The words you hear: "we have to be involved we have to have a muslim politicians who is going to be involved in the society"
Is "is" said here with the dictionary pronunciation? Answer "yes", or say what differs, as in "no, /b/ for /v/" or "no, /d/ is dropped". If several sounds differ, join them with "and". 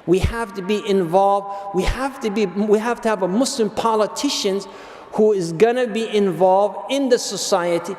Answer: yes